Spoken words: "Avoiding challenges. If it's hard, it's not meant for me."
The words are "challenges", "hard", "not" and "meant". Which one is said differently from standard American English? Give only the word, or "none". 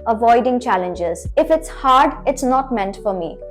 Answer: none